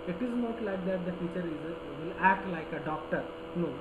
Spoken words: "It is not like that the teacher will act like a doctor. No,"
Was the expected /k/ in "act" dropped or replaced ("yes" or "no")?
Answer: no